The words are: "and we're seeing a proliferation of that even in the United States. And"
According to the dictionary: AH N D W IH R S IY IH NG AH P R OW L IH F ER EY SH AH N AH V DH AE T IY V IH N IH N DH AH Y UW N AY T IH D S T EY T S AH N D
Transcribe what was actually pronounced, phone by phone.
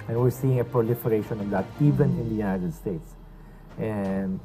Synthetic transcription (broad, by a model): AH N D W IH R S IY IH NG AH P R OW L IH F ER EY SH AH N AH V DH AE T IY V IH N IH N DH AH Y UW N AY T IH D S T EY T S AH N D